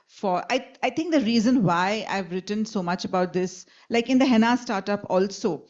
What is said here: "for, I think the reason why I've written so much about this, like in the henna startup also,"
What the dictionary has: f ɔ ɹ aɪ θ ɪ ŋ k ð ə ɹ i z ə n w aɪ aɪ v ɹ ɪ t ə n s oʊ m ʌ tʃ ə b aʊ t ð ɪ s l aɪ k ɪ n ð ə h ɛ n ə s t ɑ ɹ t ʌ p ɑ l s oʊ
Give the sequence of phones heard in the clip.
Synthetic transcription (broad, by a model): f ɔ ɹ aɪ t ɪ ŋ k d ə ɹ i z ə n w aɪ aɪ v ɹ ɪ t ə n s oʊ m ʌ tʃ ə b aʊ t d ɪ s l aɪ k ɪ n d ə h ɛ n ə s t ɑ ɹ t ʌ p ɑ l s oʊ